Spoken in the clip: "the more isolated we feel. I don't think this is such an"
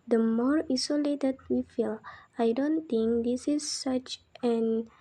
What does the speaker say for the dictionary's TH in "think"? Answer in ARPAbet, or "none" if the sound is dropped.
T